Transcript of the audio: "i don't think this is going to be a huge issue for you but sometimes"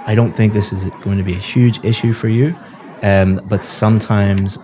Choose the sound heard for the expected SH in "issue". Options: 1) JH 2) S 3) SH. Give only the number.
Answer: 3